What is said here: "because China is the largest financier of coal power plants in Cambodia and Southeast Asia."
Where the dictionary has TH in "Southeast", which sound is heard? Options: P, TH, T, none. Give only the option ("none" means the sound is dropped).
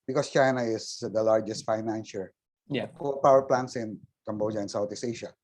T